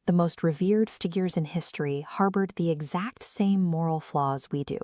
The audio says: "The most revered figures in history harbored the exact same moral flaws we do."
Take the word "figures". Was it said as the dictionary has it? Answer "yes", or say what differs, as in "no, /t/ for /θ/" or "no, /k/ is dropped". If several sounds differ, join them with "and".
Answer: yes